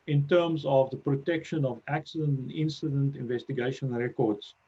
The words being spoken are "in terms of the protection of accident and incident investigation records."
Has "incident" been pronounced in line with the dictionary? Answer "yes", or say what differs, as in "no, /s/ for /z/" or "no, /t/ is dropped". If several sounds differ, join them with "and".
yes